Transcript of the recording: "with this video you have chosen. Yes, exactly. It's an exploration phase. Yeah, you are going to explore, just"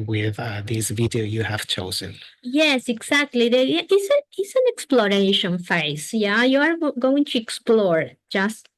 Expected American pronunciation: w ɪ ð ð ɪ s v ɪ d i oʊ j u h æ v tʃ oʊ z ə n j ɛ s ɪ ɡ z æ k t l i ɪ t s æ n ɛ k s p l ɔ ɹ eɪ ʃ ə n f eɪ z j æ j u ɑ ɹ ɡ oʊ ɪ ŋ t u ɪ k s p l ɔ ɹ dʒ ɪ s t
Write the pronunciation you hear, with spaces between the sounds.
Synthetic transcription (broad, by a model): w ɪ ð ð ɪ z v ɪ d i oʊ j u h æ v tʃ oʊ z ə n j ɛ s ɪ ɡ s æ k t l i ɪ t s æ n ɛ k s p l ɔ ɹ eɪ ʃ ə n f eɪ s j æ j u ɑ ɹ ɡ oʊ ɪ ŋ t u ɪ k s p l ɔ ɹ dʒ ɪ s t